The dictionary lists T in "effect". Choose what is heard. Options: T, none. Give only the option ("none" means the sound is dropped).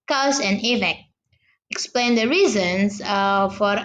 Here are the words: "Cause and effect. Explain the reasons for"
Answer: none